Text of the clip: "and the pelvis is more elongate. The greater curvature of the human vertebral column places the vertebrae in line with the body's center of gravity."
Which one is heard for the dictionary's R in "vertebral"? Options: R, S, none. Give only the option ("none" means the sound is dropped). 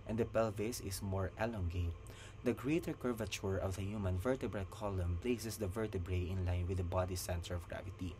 R